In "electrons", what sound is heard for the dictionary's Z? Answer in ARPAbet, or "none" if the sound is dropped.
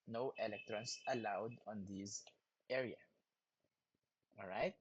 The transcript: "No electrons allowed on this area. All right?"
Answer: S